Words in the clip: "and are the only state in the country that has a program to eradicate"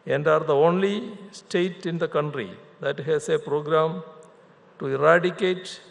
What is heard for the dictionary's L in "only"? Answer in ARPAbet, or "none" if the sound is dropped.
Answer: L